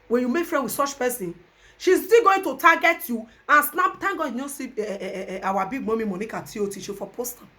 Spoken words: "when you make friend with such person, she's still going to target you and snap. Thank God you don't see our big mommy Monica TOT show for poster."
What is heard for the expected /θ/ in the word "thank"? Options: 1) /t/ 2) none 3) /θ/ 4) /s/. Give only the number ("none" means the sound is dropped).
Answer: 1